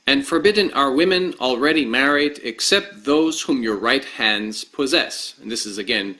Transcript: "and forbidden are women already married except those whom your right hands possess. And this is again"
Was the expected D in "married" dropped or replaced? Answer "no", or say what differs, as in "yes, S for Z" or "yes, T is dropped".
no